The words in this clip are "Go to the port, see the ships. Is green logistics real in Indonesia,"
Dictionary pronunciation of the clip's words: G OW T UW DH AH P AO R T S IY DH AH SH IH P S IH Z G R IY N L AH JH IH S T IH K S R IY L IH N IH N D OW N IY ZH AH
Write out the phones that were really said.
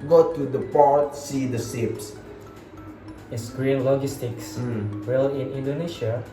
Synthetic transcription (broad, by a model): G OW T UW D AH P AO R T S IY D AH S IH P S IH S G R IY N L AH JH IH S T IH K S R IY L IH N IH N D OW N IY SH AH